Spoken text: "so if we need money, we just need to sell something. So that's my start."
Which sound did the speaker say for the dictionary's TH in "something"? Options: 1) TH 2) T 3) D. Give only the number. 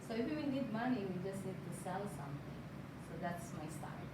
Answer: 2